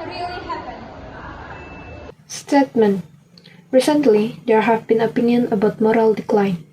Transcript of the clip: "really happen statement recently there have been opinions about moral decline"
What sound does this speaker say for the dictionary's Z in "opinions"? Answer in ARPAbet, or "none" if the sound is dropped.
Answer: none